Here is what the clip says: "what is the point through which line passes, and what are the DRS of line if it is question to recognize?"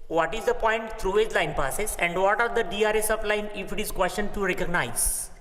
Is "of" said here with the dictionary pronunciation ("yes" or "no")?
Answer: no